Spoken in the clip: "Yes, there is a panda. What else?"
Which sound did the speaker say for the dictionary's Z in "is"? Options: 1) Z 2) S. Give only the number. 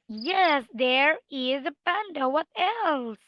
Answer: 1